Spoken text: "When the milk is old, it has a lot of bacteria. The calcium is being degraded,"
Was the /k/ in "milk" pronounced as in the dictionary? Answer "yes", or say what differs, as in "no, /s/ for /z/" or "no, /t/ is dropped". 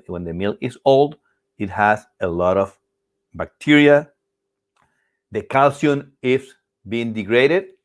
no, /k/ is dropped